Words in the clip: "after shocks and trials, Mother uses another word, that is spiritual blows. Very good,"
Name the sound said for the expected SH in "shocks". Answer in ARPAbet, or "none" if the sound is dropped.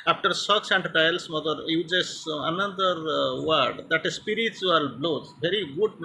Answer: S